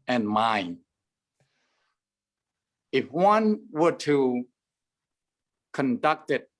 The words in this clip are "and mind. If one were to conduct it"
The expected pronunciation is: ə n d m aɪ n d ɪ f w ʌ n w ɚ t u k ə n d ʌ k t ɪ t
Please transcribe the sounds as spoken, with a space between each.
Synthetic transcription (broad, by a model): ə n m aɪ n ɪ f w ʌ n w ɚ t u k ə n d ʌ k t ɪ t